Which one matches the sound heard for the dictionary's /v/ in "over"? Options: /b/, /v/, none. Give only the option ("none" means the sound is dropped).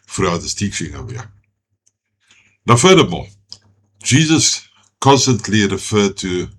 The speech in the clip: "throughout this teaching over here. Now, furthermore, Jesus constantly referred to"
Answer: none